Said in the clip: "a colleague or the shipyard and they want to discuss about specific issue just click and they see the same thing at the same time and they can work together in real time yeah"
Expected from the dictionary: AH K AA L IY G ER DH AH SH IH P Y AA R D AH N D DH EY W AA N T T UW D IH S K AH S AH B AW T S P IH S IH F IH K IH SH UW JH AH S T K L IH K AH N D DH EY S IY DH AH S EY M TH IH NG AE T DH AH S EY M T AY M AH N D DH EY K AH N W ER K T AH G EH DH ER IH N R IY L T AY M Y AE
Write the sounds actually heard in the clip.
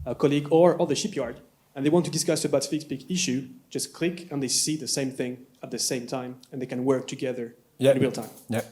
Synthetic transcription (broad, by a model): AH K AA L IY G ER DH AH SH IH P Y AA R D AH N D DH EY W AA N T T UW D IH S K AH S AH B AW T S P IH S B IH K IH SH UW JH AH S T K L IH K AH N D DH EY S IY DH AH S EY M TH IH NG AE T DH AH S EY M T AY M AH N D DH EY K AH N W ER K T AH G EH DH ER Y R IY L T AY M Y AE